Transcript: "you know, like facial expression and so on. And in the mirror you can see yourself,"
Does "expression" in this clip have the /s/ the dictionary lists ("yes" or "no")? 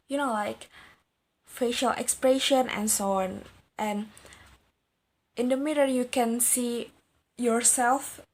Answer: yes